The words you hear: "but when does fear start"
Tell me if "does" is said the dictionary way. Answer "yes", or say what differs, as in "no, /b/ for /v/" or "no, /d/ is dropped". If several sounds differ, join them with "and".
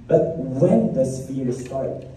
no, /s/ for /z/